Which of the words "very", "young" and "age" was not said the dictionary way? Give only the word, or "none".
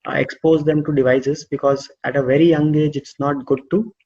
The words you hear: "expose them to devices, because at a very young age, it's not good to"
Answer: none